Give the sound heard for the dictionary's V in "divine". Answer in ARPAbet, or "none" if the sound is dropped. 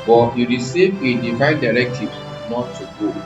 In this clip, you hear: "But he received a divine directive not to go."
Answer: F